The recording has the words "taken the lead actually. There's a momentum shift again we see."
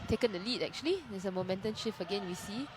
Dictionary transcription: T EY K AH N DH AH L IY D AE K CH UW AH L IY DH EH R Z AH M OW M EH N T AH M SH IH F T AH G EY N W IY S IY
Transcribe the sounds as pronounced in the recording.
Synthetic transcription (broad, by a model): T EY K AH N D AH L IY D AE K CH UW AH L IY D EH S AH M OW M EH N T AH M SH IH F AH G EY N W IY S IY